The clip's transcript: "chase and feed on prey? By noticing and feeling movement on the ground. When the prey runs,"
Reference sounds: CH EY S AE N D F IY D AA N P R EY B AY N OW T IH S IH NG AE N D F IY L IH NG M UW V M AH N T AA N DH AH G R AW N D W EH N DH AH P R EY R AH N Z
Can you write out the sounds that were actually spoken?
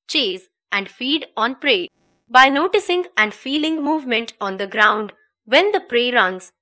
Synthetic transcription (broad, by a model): CH EY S AE N D F IY D AA N P R EY B AY N OW T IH S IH NG AE N D F IY L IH NG M UW V M AH N T AA N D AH G R AW N D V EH N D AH P R EY R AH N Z